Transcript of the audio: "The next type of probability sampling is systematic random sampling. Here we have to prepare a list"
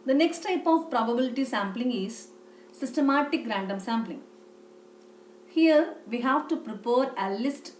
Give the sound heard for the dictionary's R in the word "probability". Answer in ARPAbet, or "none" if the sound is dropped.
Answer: R